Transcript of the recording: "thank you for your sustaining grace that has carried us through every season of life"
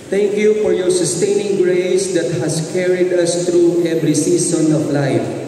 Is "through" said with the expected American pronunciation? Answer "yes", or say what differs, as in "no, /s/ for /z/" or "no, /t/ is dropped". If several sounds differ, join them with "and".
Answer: no, /t/ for /θ/